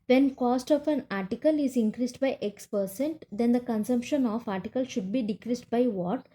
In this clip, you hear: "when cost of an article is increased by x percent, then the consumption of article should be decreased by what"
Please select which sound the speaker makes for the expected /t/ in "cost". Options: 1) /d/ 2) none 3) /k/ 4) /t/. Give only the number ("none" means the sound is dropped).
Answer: 4